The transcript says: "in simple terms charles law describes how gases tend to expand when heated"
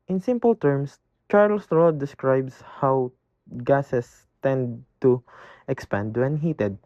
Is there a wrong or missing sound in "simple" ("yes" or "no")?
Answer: no